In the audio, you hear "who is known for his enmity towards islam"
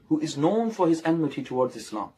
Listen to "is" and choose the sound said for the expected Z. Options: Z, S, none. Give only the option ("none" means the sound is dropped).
Z